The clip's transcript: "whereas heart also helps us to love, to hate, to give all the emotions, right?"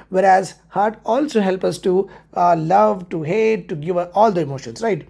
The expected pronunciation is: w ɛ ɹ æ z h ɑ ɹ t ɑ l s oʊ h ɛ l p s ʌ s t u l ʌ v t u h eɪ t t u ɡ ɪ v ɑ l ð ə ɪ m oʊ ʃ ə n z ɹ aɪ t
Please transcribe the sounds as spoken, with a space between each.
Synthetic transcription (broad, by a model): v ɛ ɹ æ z h ɑ ɹ t ɑ l s oʊ h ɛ l p ʌ s t u l ʌ v t u h eɪ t t u ɡ ɪ v ɑ l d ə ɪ m oʊ ʃ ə n s ɹ aɪ t